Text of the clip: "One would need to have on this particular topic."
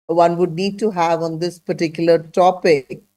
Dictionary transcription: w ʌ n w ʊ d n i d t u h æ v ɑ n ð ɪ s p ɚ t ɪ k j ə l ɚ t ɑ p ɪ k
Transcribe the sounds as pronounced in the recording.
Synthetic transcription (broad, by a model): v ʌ n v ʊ d n i d t u h æ v ɑ n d ɪ s p ɚ t ɪ k j ə l ɚ t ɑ p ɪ k